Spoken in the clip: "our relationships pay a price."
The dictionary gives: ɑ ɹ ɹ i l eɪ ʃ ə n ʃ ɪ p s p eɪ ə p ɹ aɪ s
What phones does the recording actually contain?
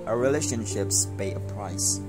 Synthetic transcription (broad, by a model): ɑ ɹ ɹ i l eɪ ʃ ə n ʃ ɪ p s b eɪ ə p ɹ aɪ s